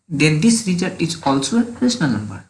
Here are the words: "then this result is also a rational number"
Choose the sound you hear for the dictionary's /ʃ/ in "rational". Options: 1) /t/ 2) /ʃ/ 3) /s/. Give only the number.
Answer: 3